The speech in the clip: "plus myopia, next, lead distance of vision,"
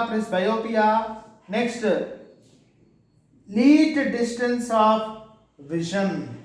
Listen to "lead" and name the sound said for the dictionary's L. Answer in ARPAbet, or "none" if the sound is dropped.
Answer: N